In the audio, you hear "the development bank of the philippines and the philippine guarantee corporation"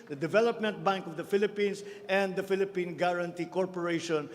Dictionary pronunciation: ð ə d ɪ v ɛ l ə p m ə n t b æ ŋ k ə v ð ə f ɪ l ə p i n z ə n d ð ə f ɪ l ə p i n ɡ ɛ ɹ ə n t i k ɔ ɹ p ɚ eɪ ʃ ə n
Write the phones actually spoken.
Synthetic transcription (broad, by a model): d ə d ɪ v ɛ l ə p m ə n t b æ ŋ k ə v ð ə f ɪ l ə p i n s ə n d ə f ɪ l ə p i n ɡ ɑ ɹ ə n t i k ɔ ɹ p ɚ eɪ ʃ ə n